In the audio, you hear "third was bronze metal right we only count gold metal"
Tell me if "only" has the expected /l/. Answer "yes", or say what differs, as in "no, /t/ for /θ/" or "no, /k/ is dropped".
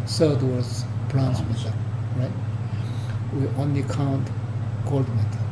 yes